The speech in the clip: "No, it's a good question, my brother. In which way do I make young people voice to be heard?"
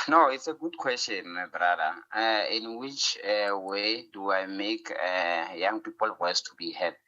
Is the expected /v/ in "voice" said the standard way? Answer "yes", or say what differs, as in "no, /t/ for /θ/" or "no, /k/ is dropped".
no, /w/ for /v/